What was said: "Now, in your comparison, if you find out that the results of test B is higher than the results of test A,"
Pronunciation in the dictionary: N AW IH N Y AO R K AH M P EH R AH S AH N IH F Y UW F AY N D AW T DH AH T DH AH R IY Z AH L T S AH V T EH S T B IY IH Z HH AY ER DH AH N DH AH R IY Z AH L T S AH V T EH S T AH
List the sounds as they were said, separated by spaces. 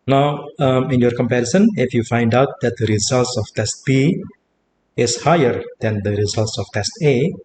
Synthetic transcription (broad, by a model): N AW IH N Y AO R K AH M P EH R AH S AH N IH F Y UW F AY N D AW T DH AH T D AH R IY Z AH L T S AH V T EH S T B IY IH S HH AY ER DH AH N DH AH R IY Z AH L T S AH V T EH S T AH